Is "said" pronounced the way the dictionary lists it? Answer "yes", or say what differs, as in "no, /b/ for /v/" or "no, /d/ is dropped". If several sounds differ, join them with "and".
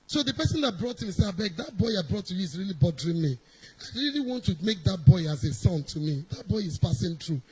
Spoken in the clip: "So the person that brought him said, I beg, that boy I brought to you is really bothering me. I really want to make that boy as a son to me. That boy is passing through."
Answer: no, /d/ is dropped